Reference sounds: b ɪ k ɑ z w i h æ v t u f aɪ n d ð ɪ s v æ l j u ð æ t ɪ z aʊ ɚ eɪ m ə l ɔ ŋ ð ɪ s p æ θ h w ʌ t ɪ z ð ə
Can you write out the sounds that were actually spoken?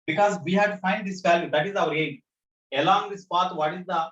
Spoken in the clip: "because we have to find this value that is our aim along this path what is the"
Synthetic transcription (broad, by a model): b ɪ k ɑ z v i h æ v t u f aɪ n d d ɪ s f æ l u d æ t ɪ z aʊ ɚ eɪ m ə l ɔ ŋ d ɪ s p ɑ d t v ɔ t ɪ z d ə